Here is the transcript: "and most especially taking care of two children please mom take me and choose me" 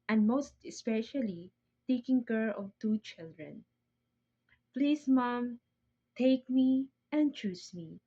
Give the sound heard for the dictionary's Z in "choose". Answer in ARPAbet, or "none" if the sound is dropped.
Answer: S